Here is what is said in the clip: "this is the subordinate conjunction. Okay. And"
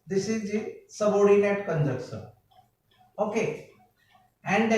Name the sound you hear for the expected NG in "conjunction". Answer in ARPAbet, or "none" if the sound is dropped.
none